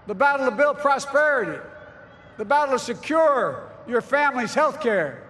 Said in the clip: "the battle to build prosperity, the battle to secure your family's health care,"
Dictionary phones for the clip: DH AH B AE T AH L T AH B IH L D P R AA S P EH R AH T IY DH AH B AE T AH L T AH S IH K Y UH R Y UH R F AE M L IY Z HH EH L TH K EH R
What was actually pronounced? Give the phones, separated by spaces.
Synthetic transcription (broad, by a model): DH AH B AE T L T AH B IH L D P R AA S P EH R AH T IY DH AH B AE T L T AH S IH K Y UH R Y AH R F AE M L IY Z HH EH L TH K EH R